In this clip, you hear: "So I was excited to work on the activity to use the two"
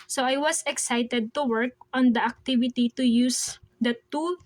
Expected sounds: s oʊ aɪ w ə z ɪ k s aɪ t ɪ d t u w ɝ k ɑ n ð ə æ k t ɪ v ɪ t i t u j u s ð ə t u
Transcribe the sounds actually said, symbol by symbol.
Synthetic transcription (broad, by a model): s oʊ aɪ w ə s ɪ k s aɪ t ɪ d t u w ɝ k ɑ n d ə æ k t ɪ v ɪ t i t u j u s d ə t u